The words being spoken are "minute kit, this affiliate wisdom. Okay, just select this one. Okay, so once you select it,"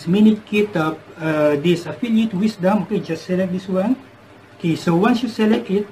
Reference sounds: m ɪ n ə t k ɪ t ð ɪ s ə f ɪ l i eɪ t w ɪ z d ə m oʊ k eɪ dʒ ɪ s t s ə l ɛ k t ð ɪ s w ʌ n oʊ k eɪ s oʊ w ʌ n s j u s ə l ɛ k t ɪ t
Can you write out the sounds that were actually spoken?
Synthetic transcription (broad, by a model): m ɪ n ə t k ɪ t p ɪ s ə f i l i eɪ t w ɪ s d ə m oʊ k eɪ dʒ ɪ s s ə l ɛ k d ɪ s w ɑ n oʊ k eɪ s oʊ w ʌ n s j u s ə l ɛ k t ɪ t